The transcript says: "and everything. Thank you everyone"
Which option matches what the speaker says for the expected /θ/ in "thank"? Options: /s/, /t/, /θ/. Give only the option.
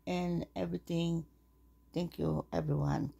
/t/